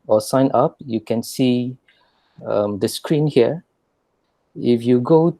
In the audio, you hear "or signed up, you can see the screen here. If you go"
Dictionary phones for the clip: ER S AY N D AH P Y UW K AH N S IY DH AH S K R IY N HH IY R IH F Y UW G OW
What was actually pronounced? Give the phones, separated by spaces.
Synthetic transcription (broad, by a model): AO S AY N AH P Y UW K AH N S IY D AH S K R IY N HH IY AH IH F Y UW G OW